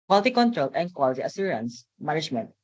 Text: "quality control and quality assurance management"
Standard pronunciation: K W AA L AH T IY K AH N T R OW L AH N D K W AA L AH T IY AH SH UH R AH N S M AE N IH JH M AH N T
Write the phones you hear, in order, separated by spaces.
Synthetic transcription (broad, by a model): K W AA L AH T IY K AH N T R OW L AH N K W AA L AH T IY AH S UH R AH N S M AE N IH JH M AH N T